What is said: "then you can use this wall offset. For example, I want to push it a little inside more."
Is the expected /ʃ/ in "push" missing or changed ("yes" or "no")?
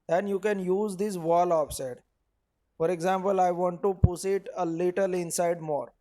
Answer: yes